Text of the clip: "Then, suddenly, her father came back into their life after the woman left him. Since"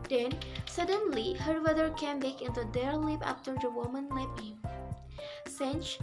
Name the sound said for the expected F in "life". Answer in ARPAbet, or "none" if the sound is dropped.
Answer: P